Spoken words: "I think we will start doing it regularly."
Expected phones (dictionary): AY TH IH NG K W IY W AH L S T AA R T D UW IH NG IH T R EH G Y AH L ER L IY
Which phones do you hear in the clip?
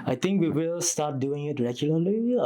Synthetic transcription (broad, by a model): AY T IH NG K W IY W AH L S T AA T D UW IH NG IH T R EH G Y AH L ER L IY